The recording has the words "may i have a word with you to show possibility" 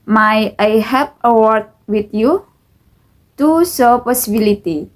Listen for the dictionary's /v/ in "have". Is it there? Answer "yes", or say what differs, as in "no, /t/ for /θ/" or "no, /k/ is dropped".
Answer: no, /p/ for /v/